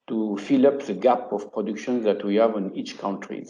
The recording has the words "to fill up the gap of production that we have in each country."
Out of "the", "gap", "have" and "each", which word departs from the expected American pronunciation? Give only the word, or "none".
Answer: none